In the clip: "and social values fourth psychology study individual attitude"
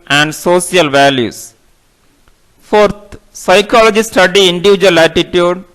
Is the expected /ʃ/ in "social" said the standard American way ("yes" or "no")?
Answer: no